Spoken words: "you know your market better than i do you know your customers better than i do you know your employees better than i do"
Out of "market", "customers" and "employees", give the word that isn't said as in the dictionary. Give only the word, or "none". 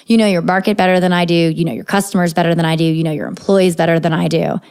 none